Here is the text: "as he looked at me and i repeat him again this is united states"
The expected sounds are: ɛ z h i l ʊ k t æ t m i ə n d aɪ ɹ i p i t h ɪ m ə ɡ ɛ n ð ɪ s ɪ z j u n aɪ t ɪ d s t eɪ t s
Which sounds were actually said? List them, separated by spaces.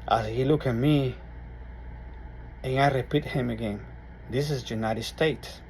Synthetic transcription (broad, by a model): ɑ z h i l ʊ k æ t m i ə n aɪ ɹ i p i t h ɪ m ə ɡ ɛ n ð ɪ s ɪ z j u n aɪ t ɪ d s t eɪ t s